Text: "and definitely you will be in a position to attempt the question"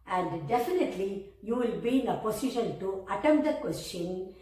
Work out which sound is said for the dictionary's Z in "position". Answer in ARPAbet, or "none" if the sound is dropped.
S